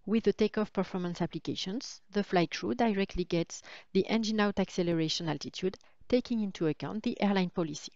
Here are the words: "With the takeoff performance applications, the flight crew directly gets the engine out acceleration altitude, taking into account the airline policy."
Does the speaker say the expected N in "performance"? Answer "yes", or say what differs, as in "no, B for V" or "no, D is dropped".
yes